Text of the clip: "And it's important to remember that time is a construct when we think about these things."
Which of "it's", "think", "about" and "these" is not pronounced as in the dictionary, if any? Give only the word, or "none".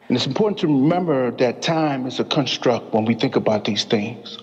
none